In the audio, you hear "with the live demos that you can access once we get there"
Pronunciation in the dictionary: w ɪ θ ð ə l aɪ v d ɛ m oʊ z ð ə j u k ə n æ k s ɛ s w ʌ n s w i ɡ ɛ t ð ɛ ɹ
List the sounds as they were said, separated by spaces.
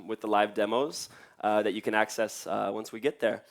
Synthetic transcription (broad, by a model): w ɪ ð ə l aɪ v d ɛ m oʊ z ð ə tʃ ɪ k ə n æ k s ɛ s w ʌ n s w i ɡ ɛ t ð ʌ ɹ